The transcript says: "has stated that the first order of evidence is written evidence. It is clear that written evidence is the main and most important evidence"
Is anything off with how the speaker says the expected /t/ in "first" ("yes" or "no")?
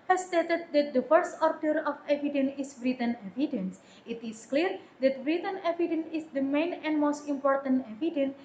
no